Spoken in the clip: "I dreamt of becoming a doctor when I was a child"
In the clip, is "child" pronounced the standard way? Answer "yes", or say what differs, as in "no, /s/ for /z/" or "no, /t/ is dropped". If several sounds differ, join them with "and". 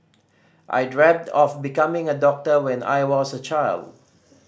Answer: yes